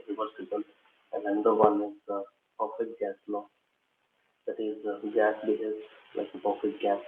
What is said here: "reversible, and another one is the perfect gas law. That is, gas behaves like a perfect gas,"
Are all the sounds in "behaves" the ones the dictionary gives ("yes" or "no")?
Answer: no